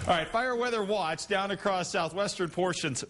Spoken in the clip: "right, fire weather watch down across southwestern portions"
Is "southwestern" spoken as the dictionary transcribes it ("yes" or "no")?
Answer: yes